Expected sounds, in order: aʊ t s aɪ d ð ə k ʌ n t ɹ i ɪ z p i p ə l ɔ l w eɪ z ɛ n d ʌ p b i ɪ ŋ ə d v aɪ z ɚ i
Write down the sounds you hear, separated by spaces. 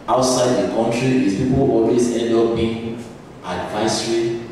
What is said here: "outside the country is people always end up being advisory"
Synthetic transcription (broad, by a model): aʊ t s aɪ d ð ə k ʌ n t ɹ i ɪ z p i p ə l ɔ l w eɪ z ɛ d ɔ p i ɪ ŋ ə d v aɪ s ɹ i